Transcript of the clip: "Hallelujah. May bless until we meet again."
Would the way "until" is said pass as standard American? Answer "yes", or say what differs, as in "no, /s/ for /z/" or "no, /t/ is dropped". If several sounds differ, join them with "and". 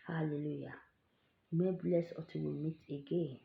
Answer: no, /n/ is dropped